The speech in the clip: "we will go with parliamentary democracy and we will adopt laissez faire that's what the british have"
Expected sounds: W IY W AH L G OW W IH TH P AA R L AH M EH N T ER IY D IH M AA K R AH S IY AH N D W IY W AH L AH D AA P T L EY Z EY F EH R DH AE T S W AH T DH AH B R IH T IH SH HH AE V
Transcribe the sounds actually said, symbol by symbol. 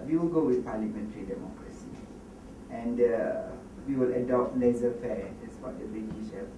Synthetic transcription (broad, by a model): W IY W AH L G OW W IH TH P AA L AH M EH N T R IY D IH M AA K R AH S IY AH N D W IY W AH L AH D AA P T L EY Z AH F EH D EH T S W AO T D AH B IH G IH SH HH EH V